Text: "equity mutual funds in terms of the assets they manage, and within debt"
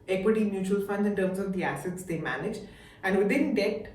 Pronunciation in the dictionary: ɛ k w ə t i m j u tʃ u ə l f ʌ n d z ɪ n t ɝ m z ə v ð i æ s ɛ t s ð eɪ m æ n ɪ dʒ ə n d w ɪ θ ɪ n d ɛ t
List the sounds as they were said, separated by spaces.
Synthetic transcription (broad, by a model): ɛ k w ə t i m j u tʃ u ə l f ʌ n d ɪ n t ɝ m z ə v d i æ s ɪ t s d eɪ m æ n ɪ dʒ ə n d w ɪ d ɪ n d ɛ t